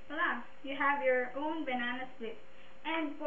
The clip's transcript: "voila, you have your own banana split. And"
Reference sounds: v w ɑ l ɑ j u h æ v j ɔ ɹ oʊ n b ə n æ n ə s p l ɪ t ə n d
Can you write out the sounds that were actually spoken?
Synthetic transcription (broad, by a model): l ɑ j u h æ v j ɔ ɹ oʊ n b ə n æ n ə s l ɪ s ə n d